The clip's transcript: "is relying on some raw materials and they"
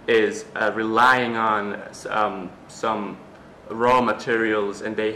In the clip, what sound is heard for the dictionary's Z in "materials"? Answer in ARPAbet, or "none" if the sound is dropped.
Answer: Z